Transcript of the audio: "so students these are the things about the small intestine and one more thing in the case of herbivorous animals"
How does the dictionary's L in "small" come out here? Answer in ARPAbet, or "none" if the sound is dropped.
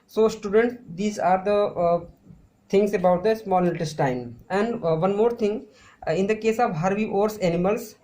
N